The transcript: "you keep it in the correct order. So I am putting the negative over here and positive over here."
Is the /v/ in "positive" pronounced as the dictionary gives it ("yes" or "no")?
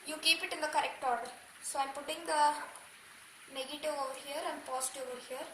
no